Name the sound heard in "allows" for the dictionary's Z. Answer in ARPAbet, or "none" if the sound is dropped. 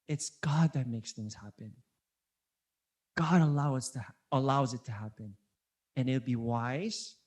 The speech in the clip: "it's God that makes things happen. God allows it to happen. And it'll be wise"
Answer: Z